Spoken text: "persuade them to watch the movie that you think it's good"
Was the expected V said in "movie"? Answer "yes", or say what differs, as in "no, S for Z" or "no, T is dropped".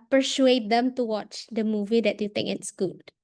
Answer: yes